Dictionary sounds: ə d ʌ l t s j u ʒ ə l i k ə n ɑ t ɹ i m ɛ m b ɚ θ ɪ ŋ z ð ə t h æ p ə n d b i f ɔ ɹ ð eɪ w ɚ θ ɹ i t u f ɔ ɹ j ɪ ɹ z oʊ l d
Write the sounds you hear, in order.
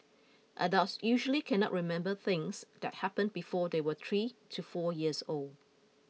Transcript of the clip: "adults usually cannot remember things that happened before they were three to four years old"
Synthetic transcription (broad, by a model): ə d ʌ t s j u ʒ ə l i k ə n ɑ t ɹ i m ɛ m b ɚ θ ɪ ŋ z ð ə t h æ p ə n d b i f ɔ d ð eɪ w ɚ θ ɹ i t u f ɔ j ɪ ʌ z oʊ l d